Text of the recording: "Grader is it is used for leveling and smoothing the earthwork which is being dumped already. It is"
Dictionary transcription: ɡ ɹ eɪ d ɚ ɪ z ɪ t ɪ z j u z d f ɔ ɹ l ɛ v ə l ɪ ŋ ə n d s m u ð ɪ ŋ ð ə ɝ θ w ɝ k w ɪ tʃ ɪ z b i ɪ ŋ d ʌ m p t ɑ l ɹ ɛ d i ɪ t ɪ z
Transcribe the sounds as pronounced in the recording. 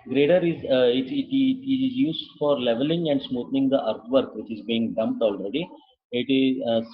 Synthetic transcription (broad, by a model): ɡ ɹ eɪ d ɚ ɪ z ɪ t ɪ z j u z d f ɔ ɹ l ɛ v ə l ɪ ŋ ə n d s m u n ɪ ŋ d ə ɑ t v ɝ k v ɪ tʃ ɪ z b i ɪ ŋ d ʌ m p t ɑ l ɹ ɛ d i ɪ t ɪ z